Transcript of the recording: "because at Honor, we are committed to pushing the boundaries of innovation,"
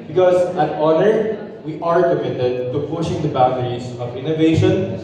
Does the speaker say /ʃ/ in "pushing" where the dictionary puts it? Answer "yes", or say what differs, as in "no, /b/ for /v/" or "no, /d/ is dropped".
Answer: yes